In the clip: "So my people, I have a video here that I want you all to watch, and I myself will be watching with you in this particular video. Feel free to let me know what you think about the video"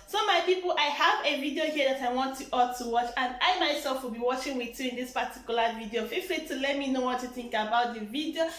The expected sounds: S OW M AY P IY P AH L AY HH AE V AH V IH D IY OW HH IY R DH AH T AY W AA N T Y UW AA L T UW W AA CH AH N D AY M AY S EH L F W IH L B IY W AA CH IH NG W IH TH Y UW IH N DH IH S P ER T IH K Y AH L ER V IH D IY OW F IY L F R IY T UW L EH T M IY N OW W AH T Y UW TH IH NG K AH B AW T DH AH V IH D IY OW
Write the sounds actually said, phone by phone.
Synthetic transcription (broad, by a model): S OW M AY P IY P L AY HH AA V AH V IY D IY OW HH IY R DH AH T AY W AA N T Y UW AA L T UW W AA CH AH N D AY M AY S EH L F W IH L B IY W AA CH IH NG W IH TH Y UW IH N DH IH S P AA T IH K Y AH L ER V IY D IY OW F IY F L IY T UW L EH T M IY N OW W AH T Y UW TH IH NG K AH B AW T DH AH V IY D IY OW